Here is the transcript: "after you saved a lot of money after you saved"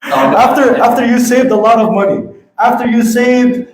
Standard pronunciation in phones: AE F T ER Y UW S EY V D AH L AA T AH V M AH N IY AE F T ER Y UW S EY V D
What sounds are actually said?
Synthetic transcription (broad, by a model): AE F T ER Y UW S EY V D AH L AA T AH V M AH N IY AE F T ER Y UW S EY V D